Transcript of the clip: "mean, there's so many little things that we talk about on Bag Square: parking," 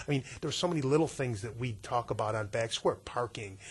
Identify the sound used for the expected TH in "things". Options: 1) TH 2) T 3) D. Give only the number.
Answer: 1